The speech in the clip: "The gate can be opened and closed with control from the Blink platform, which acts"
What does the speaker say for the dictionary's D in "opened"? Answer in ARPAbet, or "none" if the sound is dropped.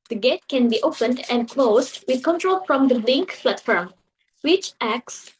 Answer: D